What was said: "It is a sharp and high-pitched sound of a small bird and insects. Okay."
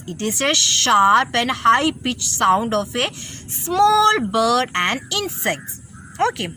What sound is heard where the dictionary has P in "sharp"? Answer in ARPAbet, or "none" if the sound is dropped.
P